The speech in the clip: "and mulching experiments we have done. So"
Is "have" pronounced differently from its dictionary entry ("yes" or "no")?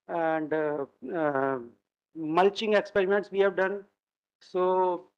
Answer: no